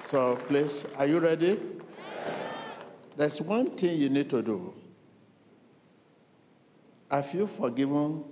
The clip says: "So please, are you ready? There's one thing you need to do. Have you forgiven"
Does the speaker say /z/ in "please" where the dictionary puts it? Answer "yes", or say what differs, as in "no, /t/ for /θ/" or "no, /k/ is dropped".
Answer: no, /s/ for /z/